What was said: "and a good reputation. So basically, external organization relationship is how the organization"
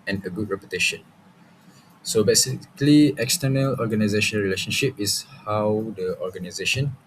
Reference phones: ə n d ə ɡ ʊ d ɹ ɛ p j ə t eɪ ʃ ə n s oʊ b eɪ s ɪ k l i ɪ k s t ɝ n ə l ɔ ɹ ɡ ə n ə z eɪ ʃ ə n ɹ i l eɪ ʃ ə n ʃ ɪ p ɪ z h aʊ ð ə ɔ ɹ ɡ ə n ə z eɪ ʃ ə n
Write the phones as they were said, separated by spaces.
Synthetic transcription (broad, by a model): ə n ə ɡ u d ɹ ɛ p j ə t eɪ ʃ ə n s oʊ b eɪ s ɪ k l i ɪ k s t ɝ n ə l ɔ ɡ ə n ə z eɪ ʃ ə n ɹ i l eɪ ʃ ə n ʃ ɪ p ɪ s h aʊ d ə ɔ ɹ ɡ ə n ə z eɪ ʃ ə n